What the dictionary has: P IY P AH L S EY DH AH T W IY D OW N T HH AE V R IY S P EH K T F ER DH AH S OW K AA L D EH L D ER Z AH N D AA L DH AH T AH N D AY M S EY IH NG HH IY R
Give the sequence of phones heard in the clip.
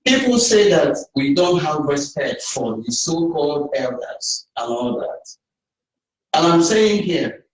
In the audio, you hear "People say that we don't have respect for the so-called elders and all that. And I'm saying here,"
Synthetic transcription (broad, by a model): P IY P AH L S EY DH AH T W IY D OW N T HH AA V R IY S P EH K T F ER DH AH S OW K AA L D EH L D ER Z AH N AA L DH AH T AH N AY M S EY IH NG HH IY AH